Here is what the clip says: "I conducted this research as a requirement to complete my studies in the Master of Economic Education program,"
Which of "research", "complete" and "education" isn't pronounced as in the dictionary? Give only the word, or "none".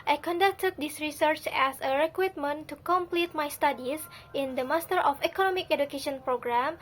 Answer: none